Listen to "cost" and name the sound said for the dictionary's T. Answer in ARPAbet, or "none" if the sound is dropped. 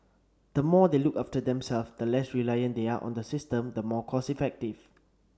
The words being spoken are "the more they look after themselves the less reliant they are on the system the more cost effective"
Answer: none